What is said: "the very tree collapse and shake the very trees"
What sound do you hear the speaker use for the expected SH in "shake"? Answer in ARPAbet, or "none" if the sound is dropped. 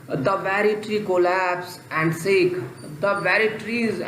S